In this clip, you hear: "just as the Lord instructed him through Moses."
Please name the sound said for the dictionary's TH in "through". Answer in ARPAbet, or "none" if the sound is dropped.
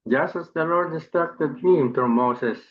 T